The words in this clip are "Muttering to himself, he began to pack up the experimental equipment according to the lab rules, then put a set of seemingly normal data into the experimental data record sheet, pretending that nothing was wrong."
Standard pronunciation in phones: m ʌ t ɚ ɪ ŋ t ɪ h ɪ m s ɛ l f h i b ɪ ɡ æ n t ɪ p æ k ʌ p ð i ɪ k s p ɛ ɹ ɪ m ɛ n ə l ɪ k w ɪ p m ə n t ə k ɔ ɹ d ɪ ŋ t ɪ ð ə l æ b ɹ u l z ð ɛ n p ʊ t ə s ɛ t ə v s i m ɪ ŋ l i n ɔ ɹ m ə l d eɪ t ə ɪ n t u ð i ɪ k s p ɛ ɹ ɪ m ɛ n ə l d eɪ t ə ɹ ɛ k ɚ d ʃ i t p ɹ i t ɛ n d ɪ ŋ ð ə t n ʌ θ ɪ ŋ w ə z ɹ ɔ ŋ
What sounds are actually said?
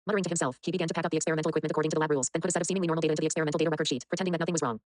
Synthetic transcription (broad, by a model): m ʌ t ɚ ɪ t ɪ h ɪ m s ɛ l f h i b ɪ ɡ æ n t ɪ p æ k ʌ p ð i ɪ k s p ɛ ɹ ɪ m ɛ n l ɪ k w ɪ p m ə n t ə k ɔ ɹ d ɪ ŋ t ɪ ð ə l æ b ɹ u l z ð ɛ n p ʊ t ə s ɛ t ə v s i m ɪ ŋ l i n ɔ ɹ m l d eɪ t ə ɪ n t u ð i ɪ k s p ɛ ɹ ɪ m ɛ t l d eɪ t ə ɹ ɛ k ɚ d ʃ i t p ɹ i t ɛ n d ɪ ŋ ð ə t n ʌ θ ɪ ŋ w ə z ɹ ɔ ŋ